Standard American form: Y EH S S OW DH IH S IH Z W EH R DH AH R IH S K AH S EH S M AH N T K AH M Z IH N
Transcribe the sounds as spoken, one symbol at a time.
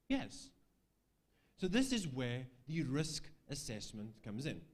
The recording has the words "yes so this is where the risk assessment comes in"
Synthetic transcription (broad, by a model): Y EH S S OW DH IH S IH Z W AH R DH AH R IH S K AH S EH S M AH N K AH M Z IH N